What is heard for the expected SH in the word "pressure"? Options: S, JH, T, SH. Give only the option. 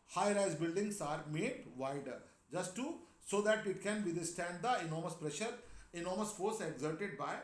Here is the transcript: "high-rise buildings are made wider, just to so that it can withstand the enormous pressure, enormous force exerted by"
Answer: SH